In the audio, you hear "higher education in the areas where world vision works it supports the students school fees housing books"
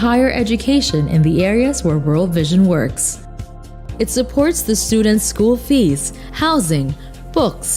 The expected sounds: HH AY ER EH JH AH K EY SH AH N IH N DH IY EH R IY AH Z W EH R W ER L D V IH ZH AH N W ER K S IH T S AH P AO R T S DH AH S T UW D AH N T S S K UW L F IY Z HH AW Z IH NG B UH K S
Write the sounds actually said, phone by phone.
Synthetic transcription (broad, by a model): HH AY ER EH JH AH K EY SH AH N IH N DH IY EH R IY AH Z W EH R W ER L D V IH ZH AH N W ER K S IH T S AH P AO R T S DH AH S T UW D N T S S K UW L F IY Z HH AW Z IH NG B UH K S